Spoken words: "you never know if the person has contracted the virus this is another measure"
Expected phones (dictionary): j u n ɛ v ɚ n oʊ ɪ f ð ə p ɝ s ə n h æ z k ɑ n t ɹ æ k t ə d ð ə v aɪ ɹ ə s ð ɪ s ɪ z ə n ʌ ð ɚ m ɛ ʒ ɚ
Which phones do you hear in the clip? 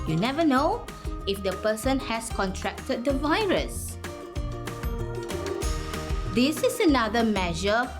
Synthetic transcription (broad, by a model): j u n ɛ v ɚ n oʊ ɪ f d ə p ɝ s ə n h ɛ s k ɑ n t ɹ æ k t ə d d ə v aɪ ɹ ə s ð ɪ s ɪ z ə n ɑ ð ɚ m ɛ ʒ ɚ